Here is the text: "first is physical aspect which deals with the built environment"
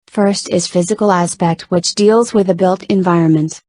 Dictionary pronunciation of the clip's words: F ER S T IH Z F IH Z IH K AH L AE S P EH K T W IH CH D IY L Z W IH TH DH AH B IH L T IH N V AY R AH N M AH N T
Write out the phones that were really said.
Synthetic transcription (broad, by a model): F ER S T IH Z F IH Z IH K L AE S P EH K T W IH CH D IY L Z W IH DH AH B IH L T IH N V AY R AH N M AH N T